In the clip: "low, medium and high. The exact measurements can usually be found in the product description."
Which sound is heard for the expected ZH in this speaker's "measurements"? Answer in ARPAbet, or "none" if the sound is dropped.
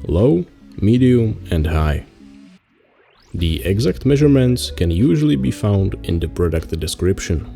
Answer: ZH